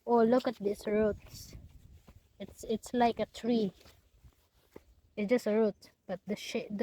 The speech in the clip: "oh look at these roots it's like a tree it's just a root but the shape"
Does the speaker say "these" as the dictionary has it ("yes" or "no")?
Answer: no